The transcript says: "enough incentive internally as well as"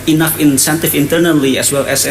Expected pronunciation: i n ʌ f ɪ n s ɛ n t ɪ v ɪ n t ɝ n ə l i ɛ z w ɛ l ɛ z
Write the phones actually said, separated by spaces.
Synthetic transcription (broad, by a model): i n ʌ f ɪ n s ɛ n t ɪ f ɪ n t ɝ n ə l i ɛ s w ɛ l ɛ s